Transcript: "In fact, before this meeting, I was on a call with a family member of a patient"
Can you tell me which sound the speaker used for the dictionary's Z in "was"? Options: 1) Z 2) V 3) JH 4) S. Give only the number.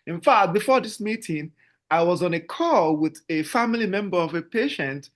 1